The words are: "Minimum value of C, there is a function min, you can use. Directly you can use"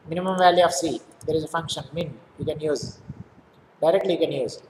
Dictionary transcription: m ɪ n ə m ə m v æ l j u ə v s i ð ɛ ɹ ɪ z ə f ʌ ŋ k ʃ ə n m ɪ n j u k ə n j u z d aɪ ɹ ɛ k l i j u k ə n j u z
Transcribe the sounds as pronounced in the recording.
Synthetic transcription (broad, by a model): m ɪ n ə m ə m v æ l j u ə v s i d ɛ ɹ ɪ z ə f ʌ ŋ k ʃ ə n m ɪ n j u k ə n j u z d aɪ ɹ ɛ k l i j u k ə n j u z